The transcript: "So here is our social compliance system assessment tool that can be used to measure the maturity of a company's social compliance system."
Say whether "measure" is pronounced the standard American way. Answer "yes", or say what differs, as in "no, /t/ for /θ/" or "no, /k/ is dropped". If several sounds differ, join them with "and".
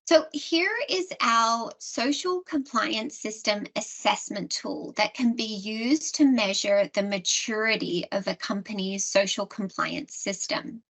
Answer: yes